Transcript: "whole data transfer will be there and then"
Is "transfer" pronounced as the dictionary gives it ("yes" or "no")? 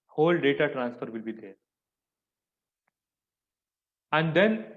yes